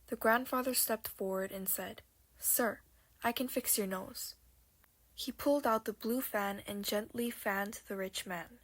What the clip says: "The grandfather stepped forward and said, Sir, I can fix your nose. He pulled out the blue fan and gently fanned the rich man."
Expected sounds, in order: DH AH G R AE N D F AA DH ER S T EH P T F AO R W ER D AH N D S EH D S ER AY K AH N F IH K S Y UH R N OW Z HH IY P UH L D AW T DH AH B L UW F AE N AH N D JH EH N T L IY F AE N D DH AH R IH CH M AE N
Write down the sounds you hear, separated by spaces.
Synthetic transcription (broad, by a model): DH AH G R AE N D F AA DH ER S T EH P T F AO R W ER D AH N S EH D S ER AY K AH N F IH K S Y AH R N OW Z HH IY P UH L D AW T DH AH B L UW F AE N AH N JH EH N T L IY F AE N DH AH R IH CH M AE N